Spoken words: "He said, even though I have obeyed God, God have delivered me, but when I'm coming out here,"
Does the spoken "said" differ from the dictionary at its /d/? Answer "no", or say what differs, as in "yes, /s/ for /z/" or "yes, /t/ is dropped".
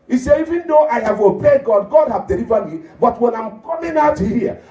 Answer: yes, /d/ is dropped